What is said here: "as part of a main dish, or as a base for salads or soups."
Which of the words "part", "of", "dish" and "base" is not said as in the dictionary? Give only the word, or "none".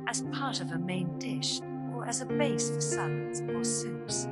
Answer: none